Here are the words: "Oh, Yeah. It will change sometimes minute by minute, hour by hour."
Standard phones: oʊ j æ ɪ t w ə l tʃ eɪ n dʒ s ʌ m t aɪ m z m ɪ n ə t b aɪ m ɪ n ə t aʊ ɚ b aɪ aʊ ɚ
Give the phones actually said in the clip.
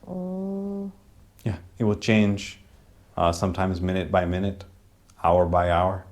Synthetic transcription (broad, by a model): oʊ j æ ɪ t w ə l tʃ eɪ n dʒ s ʌ m t aɪ m z m ɪ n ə t b aɪ m ɪ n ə t aʊ ɚ b aɪ aʊ ɚ